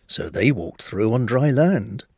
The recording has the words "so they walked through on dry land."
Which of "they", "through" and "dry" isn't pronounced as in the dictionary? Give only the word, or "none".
none